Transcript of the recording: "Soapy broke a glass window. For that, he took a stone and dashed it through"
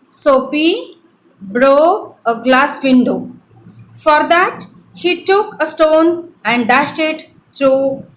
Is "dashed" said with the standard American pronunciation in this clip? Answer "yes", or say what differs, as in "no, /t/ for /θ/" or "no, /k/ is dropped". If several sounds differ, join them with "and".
yes